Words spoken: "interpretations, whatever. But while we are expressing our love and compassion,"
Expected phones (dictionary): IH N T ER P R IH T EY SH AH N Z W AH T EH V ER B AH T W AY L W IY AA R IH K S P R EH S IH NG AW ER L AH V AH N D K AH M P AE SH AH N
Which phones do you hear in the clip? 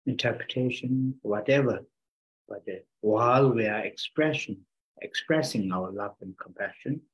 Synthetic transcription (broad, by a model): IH N T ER P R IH T EY SH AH N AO W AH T EH V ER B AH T W AY L W IY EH R IH K S P R EH S IH NG AW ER L AH V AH N K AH M P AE SH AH N